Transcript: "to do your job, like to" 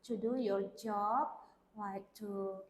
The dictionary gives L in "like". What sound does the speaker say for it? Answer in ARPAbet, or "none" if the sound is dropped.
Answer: W